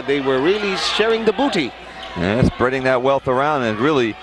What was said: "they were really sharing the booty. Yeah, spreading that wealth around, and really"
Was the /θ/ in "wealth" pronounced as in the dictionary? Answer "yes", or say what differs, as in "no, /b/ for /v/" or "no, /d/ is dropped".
yes